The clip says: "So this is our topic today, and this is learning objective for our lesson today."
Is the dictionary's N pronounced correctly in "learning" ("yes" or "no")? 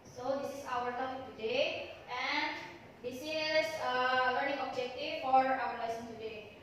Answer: no